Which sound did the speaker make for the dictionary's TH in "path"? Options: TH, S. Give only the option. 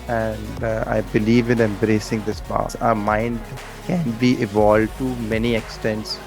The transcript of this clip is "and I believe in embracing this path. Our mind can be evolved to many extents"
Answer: S